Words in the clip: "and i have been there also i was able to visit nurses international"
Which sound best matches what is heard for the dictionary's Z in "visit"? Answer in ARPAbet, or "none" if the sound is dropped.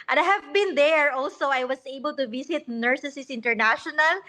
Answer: S